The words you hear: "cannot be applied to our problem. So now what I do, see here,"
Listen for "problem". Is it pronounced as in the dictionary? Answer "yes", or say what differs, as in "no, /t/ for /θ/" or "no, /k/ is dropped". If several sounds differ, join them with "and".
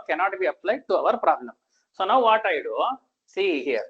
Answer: no, /n/ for /l/